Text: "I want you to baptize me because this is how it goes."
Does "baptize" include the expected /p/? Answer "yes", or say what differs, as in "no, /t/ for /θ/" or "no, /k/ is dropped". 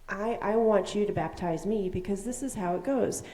yes